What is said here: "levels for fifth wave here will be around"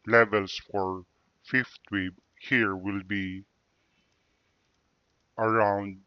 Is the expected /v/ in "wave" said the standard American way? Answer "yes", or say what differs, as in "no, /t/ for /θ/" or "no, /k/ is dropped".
no, /b/ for /v/